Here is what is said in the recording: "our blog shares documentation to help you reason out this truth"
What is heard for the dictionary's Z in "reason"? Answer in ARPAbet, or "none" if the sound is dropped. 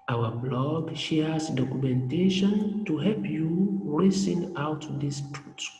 S